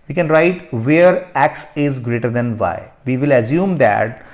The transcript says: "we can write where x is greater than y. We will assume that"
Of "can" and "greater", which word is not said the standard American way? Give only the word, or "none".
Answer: none